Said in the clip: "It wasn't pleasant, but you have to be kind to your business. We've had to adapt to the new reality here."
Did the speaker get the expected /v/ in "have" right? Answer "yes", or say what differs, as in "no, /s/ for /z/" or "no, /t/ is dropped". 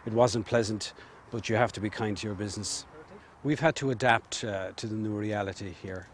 no, /f/ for /v/